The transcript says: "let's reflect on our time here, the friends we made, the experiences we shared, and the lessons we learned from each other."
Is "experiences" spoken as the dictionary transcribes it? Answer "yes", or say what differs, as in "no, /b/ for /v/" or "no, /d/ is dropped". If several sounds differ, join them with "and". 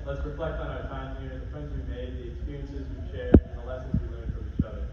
yes